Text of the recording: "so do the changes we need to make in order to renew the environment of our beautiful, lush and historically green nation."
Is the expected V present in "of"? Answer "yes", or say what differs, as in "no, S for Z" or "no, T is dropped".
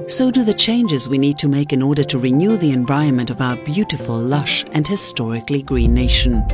yes